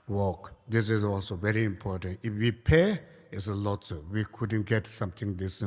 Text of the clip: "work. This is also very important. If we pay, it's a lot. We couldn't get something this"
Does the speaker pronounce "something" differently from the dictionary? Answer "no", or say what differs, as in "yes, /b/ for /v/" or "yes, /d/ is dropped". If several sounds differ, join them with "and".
yes, /t/ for /θ/